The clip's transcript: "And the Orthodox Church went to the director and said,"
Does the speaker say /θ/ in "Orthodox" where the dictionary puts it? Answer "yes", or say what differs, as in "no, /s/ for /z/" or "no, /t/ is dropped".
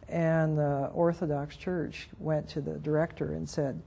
yes